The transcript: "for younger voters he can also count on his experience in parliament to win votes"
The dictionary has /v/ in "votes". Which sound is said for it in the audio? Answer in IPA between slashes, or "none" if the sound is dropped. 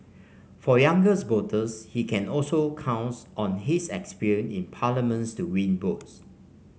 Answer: /b/